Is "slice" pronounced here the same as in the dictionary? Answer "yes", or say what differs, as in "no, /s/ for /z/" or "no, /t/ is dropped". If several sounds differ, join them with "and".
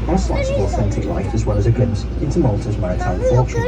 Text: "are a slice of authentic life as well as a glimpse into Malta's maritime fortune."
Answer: no, /l/ is dropped